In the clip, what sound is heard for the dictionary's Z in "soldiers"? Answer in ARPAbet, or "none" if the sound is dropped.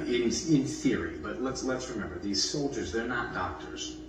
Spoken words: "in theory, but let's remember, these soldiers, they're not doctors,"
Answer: Z